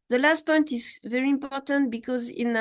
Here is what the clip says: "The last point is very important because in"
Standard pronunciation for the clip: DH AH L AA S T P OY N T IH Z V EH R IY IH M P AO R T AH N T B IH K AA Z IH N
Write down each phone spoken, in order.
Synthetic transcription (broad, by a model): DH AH L AA S T P OY N T IH Z V EH R IY IH M P AO R T AH N T B IH K AA Z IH N